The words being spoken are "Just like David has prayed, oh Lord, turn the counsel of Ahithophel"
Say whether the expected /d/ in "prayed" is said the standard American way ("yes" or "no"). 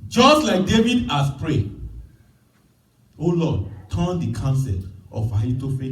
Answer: no